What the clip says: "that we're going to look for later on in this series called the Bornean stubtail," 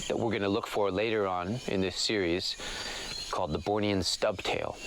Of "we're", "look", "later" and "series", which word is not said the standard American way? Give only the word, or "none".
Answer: none